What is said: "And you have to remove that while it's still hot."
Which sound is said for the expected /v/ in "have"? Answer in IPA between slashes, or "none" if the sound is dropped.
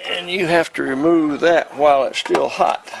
/f/